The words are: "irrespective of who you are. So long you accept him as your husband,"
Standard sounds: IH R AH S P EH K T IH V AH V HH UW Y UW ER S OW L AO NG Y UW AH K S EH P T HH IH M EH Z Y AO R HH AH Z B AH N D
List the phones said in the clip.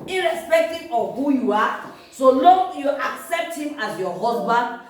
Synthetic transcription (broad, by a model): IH R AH S P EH K T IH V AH HH UW Y UW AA S OW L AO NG Y UW AH K S EH P T HH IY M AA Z Y AO HH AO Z B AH N D